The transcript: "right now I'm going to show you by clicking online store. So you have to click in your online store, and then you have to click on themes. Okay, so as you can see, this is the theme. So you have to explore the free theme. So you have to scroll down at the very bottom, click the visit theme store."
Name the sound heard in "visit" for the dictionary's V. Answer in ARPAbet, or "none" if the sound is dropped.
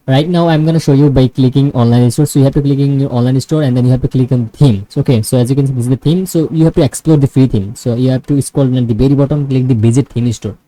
B